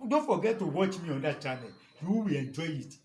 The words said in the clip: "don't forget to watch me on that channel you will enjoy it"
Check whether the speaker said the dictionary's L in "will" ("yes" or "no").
no